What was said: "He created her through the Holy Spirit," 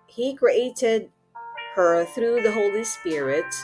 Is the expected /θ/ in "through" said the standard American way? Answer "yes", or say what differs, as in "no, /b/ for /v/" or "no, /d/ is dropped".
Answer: yes